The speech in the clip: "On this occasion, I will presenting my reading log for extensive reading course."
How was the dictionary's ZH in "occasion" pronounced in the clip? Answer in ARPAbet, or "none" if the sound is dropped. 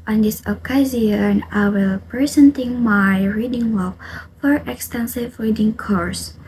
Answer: Z